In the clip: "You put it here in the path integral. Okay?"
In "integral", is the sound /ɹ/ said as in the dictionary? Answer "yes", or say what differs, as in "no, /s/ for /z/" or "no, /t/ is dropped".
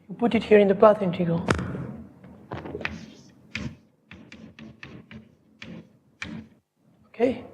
no, /ɹ/ is dropped